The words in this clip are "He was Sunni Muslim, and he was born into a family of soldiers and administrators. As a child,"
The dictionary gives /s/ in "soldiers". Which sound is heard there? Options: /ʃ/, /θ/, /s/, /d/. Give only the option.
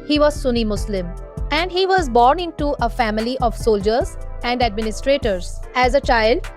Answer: /s/